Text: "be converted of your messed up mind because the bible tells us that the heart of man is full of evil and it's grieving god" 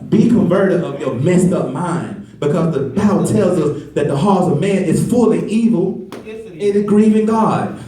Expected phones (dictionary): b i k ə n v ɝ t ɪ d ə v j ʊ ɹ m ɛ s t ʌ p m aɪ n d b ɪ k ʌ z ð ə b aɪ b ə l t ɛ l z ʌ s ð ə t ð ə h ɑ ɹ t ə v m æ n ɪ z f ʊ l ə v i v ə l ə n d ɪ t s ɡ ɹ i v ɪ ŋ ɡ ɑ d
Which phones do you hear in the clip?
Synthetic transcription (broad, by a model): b i k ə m v ɝ t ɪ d ə v j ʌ ɹ m ɛ s t ʌ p m aɪ n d b ɪ k ʌ z ð ə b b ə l t ɛ l z ʌ s ð ə t ð ə h ɑ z ə v m æ n ɪ z f ʊ l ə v i v l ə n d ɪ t ɡ ɹ i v ɪ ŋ ɡ ɑ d